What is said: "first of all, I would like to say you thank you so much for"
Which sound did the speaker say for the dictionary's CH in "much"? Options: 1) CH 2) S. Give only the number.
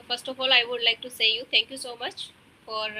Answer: 1